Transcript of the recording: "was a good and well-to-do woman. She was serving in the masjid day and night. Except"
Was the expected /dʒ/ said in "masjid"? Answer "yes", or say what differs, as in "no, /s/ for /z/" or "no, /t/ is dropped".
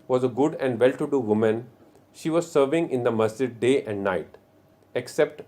no, /dʒ/ is dropped